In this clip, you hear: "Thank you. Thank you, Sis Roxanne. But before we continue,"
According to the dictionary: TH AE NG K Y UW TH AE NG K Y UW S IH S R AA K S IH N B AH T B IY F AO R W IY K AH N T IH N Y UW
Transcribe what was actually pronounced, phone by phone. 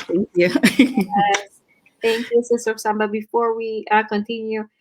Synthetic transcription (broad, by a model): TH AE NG K Y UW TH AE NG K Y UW S IH S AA S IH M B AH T B IY F AO R W IY K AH N T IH N Y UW